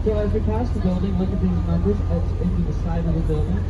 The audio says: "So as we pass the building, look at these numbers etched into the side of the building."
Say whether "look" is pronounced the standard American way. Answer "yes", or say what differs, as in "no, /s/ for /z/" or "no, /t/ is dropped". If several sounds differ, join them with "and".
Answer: no, /w/ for /l/